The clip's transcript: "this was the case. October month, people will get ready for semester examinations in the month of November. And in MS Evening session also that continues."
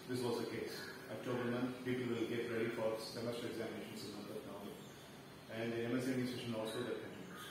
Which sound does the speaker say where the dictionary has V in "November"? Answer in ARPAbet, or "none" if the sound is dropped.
none